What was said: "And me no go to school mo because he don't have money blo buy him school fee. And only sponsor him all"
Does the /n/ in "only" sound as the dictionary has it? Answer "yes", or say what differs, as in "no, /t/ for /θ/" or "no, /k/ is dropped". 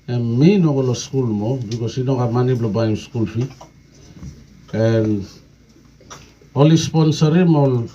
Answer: no, /n/ is dropped